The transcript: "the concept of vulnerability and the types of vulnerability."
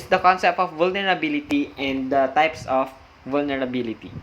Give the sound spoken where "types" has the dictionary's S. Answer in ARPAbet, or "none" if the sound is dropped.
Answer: S